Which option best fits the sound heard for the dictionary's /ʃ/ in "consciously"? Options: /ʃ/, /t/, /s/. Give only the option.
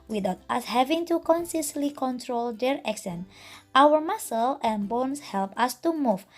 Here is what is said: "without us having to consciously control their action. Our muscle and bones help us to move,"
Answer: /s/